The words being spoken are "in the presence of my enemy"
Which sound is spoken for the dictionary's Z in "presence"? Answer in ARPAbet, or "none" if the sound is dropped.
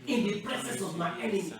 S